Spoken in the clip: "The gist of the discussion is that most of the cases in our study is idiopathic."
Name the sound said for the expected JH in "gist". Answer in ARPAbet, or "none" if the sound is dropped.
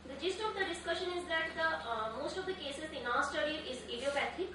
JH